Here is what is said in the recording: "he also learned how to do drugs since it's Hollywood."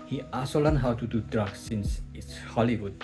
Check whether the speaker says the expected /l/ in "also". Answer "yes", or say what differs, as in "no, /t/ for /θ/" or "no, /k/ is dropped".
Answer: no, /l/ is dropped